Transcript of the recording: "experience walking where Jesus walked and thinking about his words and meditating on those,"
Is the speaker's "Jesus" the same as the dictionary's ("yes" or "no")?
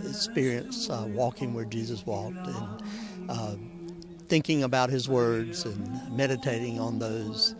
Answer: yes